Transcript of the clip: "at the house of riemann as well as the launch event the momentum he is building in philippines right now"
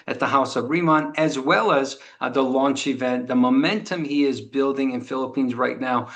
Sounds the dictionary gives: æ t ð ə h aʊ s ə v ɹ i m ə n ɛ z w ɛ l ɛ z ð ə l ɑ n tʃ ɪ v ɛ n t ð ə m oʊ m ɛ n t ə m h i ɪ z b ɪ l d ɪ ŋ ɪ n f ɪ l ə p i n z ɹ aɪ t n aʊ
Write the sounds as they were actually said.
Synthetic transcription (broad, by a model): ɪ t ð ə h aʊ s ə v ɹ i m ə n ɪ z w ɛ l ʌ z ð ə l ɑ n tʃ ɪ v ɛ n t ð ə m oʊ m ɛ n t ə m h i ɪ z b ɪ l d ɪ ŋ ɪ n f ɪ l ə p i n z ɹ aɪ t n aʊ